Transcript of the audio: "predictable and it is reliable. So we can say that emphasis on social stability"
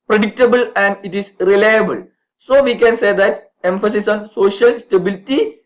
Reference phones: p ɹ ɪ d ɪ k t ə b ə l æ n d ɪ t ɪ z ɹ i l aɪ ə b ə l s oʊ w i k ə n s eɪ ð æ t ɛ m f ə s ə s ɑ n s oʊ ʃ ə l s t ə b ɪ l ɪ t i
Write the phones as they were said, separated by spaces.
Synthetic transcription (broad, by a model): p ɹ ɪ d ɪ k t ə b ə l æ n d ɪ t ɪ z ɹ i l aɪ ə b ə l s oʊ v i k ə n s eɪ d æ t ɛ m f ə s ə s ɑ n s oʊ ʃ ə l s t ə b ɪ l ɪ t i